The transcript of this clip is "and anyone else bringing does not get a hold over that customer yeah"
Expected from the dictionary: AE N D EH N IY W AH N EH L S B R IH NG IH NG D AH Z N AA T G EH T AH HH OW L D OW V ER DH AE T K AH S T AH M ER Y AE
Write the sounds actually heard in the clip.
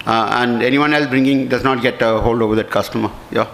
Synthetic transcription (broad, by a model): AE N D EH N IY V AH N EH L S B R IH NG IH NG D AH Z N AA T G EH T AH HH OW L D OW V ER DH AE T K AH S T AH M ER Y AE